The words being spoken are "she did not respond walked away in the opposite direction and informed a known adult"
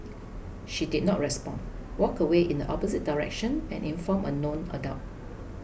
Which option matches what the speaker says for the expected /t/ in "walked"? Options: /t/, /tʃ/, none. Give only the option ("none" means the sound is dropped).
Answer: none